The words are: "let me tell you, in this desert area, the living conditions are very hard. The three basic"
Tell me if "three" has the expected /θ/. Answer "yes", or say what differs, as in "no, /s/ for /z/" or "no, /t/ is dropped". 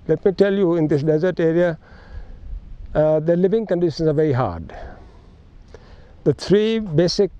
no, /t/ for /θ/